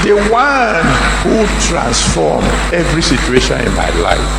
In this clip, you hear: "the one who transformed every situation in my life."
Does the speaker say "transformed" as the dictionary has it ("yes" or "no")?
no